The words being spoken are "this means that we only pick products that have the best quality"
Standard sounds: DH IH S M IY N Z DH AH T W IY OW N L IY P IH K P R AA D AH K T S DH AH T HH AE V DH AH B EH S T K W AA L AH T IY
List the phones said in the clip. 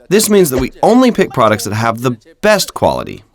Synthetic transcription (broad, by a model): DH IH S M IY N Z DH AH T W IY OW N L IY P IH K P R AA D AH K T S DH AH T HH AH V DH AH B EH S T K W AA L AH T IY